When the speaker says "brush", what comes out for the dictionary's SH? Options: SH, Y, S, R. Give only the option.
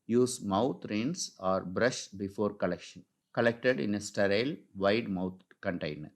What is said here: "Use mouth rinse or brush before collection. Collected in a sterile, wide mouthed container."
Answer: SH